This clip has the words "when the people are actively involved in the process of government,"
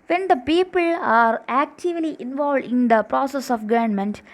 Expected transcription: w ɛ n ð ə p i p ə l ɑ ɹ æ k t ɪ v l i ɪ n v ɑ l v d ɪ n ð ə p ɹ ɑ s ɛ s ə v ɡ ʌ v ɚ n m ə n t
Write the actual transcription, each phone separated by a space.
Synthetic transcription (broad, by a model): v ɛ n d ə p i p ə l ɑ ɹ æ k t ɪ v l i ɪ n v ɑ l v d ɪ n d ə p ɹ ɑ s ɛ s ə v ɡ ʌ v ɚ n m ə n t